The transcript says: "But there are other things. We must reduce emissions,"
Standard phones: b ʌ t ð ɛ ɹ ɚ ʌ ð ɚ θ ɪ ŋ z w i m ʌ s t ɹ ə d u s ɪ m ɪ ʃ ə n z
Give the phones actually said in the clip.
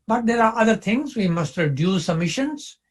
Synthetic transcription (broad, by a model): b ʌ t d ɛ ɹ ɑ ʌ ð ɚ t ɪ ŋ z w i m ʌ s t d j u s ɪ m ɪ ʃ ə n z